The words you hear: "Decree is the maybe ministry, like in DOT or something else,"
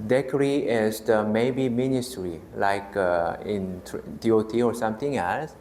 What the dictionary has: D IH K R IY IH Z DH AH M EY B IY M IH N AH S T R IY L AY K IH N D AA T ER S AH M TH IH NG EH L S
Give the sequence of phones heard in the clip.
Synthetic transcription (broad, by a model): D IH K R IY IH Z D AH M EY B IY M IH N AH S T R IY L AY K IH N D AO T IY S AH M T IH NG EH L S